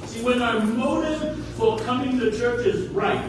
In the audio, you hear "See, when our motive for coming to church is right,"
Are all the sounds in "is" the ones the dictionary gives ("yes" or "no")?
yes